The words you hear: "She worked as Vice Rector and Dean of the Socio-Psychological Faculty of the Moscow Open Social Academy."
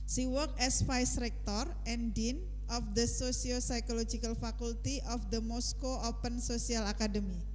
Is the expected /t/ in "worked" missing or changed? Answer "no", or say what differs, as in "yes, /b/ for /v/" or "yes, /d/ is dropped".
yes, /t/ is dropped